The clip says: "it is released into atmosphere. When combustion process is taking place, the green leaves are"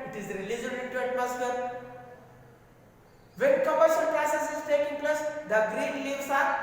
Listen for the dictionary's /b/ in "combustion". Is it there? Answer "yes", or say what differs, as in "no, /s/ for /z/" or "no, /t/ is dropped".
no, /b/ is dropped